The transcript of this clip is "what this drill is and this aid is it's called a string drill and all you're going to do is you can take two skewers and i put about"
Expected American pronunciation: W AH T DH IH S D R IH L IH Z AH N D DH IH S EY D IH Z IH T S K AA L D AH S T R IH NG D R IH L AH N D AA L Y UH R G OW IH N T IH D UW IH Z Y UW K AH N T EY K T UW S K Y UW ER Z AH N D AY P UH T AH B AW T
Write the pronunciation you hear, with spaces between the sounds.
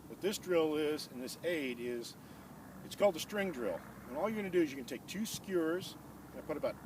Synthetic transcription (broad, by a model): W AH T DH IH S D R IH L IH Z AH N DH IH S EY D IH Z IH T S K AA L D AH S T R IH NG D R IH L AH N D AA L Y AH R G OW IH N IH D UW IH Z Y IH K AH N T EY K T UW S K Y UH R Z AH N AY P UH T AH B AW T